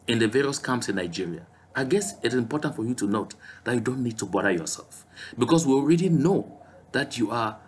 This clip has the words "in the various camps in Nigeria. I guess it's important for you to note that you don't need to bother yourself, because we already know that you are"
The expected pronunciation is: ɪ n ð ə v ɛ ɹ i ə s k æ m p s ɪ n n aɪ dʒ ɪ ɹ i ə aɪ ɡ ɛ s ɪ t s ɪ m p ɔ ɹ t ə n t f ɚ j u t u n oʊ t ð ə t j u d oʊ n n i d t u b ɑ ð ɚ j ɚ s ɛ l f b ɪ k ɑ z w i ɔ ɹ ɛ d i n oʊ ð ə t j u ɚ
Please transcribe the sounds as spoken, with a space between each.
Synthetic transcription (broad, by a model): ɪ n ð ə v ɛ ɹ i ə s k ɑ m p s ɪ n n aɪ dʒ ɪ ɹ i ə aɪ ɡ ɛ s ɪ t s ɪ m p ɔ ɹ t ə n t f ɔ j u t u n oʊ t ð ə t j u d oʊ n n i d t u b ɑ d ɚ j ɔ s ɛ l f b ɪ k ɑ s w i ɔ ɹ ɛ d i n oʊ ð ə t j u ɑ